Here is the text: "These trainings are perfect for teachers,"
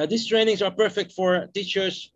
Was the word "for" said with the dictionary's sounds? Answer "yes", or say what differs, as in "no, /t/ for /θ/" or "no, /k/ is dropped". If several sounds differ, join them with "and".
yes